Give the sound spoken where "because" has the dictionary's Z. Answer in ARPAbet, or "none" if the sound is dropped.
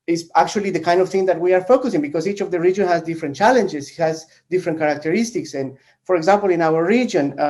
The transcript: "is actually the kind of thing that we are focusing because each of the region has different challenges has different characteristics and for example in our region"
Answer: S